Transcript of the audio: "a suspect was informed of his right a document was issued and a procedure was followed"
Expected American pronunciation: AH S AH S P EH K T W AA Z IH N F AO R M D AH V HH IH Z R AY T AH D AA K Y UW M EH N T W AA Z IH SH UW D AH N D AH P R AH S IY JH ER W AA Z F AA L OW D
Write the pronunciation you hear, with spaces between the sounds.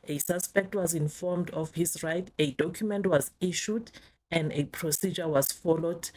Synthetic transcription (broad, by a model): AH S AH S P EH K T W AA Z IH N F AO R M D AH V HH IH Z R AY T AH D AA K Y UW M EH N T W AA Z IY SH UW D AH N D AH P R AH S IY JH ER W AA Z F AA L OW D